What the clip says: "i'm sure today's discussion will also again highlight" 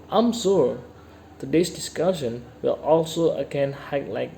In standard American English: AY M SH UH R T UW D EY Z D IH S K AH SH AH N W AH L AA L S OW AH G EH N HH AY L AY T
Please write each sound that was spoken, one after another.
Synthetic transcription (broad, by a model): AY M S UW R T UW D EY S D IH S K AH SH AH N W AH L AA L S OW AH G EH N HH AY L AY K